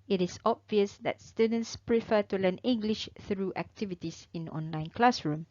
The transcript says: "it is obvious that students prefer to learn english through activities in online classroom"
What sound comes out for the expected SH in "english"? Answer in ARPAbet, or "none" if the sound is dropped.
SH